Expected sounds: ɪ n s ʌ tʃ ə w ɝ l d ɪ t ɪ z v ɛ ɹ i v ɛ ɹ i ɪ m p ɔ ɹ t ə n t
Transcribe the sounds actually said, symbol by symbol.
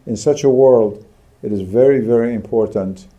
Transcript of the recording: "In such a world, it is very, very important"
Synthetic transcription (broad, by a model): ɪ n s ʌ tʃ ə w ɝ l d ɪ t ɪ z v ɛ ɹ i v ɛ ɹ i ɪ m p ɔ ɹ t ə n t